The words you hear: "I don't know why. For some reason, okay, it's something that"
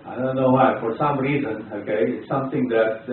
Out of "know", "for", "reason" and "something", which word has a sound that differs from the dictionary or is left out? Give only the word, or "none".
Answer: something